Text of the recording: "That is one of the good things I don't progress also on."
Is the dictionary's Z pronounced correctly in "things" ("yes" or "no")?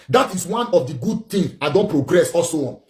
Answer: no